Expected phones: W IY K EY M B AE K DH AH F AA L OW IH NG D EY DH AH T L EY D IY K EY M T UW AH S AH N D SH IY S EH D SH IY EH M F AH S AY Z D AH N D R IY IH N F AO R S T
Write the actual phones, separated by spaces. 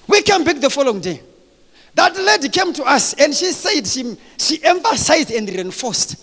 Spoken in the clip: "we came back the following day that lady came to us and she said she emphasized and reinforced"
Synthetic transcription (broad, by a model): W IY K EY M B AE K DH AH F AA L OW IH NG D EY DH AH T L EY D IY K EY M T UW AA S AH N D SH IY S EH D SH IY EH M F AH S AY Z D AH N D R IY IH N F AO S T